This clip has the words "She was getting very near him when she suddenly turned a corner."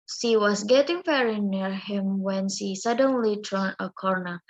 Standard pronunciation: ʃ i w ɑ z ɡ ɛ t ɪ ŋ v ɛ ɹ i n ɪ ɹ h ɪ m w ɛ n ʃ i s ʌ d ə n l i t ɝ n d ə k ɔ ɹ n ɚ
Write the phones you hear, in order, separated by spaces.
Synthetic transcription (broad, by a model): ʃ i w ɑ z ɡ ɛ t ɪ ŋ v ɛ ɹ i n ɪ ɹ h ɪ m w ɛ n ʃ i s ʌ d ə n l i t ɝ n ə k ɔ ɹ n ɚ